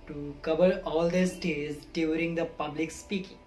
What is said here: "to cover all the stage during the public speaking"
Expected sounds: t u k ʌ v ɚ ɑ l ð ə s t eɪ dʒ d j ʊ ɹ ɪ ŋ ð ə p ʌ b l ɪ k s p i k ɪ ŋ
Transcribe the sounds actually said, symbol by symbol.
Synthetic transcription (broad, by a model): t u k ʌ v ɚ ɑ l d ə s t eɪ z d j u ɹ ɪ ŋ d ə p ʌ b l ɪ k s p i k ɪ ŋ